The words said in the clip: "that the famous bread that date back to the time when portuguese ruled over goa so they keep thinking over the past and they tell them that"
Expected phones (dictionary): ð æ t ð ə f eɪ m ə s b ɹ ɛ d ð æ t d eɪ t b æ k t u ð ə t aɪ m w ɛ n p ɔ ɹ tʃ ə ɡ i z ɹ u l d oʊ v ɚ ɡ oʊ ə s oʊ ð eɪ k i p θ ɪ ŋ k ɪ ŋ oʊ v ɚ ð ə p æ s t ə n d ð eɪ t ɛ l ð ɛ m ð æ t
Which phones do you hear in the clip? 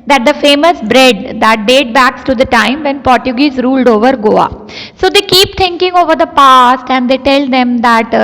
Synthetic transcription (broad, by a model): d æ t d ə f eɪ m ə s b ɹ ɛ d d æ t d eɪ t b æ k t u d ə t aɪ m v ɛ n p ɔ ɹ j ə ɡ i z ɹ u l d oʊ v ɚ ɡ oʊ ə s oʊ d eɪ k i p t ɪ ŋ k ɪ ŋ oʊ v ɚ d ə p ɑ s t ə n d eɪ t ɛ l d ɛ m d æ t